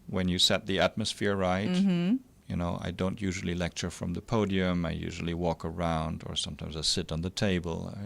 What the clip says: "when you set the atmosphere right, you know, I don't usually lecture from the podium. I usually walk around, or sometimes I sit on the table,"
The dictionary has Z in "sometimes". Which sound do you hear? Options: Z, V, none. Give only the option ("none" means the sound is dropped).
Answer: Z